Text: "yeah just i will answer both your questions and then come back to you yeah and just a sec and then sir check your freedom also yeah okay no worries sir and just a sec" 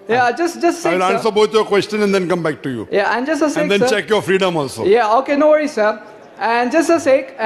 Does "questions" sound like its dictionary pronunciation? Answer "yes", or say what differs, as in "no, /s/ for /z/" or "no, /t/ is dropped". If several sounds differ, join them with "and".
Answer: no, /z/ is dropped